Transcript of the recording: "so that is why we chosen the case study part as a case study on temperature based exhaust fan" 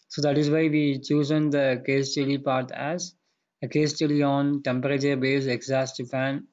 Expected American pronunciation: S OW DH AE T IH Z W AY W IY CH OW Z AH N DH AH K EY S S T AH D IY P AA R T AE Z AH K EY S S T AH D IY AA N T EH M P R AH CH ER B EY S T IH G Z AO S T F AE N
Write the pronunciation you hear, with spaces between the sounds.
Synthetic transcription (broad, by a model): S OW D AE T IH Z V AY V IY CH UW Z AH N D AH K EY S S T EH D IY P AA R T AE Z AH K EY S S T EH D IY AA N T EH M P R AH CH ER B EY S IH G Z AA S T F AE N